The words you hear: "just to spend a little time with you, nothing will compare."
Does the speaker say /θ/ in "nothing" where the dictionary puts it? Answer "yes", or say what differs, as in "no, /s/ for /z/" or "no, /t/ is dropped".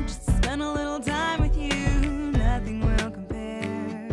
yes